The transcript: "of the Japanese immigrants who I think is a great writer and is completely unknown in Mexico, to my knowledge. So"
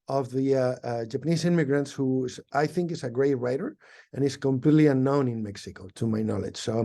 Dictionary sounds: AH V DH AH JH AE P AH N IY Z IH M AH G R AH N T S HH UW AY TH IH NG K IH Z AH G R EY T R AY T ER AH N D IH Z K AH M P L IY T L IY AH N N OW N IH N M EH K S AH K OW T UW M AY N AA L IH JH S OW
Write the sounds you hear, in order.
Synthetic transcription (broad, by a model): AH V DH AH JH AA P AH N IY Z IH M AH G R AH N T S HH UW AY TH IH NG K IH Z AH G R EY T R AY T ER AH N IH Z K AH M P L IY T L IY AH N N OW N IH N M EH K S AH K OW T UW M AY N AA L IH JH S OW